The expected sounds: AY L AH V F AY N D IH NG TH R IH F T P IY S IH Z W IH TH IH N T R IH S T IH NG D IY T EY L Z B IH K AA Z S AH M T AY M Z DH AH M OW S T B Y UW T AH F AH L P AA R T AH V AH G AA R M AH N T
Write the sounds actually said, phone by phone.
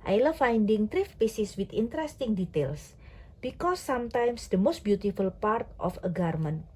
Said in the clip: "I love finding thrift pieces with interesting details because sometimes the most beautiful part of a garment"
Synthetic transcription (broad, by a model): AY L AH F AY N D IH NG T R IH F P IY S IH S W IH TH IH N T R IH S T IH NG D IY T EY L S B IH K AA S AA M T AY M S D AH M OW S T B Y UW T AH F AH L P AA R T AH F AH G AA R M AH N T